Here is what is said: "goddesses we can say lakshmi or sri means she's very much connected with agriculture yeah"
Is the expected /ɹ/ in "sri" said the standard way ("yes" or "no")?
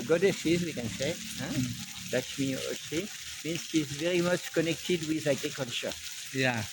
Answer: no